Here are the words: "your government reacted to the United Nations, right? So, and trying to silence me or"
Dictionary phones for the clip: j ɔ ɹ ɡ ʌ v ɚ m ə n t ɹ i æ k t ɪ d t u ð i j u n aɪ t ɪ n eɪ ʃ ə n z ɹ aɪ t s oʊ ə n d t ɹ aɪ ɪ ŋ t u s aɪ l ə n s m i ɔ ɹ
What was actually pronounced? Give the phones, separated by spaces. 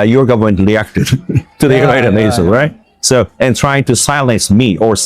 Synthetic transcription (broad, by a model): j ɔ ɹ ɡ ʌ v ɚ m ə n t ɹ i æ k t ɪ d t u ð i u ɪ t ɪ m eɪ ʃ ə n ɹ aɪ t s oʊ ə n t ɹ aɪ ɪ ŋ t u s aɪ l ə n s m i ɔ ɹ